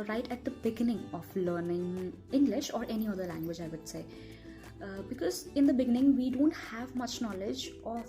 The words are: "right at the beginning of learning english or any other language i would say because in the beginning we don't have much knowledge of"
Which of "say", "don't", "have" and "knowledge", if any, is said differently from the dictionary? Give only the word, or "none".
none